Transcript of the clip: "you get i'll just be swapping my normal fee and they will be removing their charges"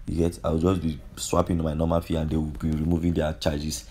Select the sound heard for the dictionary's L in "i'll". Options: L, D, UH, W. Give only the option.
W